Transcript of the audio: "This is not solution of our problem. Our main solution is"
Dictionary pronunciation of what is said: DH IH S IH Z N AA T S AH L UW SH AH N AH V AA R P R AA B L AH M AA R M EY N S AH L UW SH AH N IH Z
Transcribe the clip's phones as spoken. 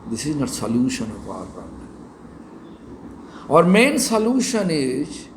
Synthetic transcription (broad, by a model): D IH S IH Z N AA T S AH L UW SH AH N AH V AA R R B AH AA R M EY N S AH L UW SH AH N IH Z